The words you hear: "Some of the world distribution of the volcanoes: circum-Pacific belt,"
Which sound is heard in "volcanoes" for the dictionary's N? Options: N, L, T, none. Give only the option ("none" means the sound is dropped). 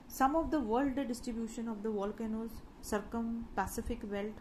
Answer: N